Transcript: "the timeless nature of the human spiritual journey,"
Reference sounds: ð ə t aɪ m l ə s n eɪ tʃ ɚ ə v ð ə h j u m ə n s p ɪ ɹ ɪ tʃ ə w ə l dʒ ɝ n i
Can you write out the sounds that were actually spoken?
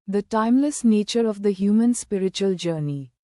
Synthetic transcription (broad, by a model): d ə t aɪ m l ə s n eɪ tʃ ɚ ə v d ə h j u m ə n s p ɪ ɹ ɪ tʃ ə ə l dʒ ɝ n i